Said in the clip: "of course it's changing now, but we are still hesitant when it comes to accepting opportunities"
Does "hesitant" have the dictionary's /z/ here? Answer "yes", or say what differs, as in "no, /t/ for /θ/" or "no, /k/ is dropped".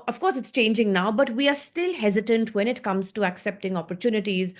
yes